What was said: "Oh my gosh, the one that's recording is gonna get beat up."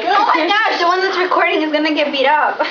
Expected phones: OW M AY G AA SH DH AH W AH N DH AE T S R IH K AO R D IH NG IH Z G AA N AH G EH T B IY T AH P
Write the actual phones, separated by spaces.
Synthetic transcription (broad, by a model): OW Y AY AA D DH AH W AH N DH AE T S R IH K AO R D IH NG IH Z G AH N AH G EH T B IY T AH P